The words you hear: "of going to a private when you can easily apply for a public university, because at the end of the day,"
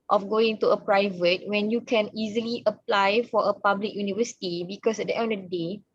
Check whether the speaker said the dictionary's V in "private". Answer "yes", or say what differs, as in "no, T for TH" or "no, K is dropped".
yes